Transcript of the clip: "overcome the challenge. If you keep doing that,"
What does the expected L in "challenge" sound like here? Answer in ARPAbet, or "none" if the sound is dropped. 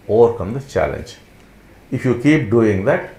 L